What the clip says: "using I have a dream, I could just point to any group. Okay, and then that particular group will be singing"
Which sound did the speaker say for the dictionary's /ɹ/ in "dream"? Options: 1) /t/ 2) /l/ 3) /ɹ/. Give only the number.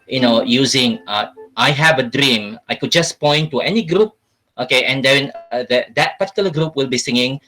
3